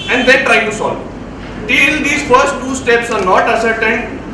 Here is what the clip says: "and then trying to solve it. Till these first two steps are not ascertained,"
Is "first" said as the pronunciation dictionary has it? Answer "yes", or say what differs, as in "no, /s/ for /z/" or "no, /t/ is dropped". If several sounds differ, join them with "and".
yes